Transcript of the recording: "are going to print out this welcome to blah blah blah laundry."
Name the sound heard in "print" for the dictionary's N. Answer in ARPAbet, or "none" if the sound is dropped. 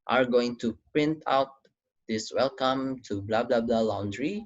N